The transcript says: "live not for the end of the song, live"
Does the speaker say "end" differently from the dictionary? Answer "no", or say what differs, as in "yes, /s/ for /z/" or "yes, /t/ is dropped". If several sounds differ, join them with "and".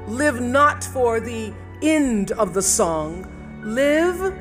no